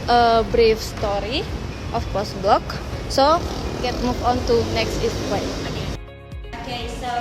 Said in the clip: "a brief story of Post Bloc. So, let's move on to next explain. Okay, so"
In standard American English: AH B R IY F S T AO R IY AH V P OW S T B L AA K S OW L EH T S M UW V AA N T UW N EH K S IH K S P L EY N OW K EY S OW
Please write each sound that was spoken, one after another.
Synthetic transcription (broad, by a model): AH B R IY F S T AO R IY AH F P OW S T B L AA K S OW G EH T M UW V AA N T UW N EH K S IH S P W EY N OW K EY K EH